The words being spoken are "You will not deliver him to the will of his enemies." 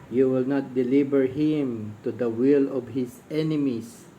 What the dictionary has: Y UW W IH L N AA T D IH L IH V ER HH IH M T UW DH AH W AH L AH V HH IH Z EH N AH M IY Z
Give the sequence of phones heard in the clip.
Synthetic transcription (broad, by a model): Y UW W IH L N AA T D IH L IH B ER HH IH M T UW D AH W AH L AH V HH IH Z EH N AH M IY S